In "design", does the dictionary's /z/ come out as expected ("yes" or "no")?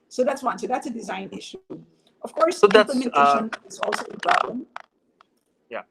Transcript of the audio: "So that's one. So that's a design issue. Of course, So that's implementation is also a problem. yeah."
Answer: yes